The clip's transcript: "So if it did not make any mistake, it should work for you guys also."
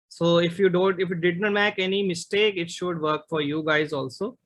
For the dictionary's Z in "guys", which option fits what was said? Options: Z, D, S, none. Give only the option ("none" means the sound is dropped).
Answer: Z